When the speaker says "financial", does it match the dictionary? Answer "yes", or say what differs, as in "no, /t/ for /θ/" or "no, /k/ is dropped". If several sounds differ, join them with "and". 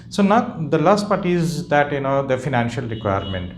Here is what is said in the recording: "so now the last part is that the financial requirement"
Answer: yes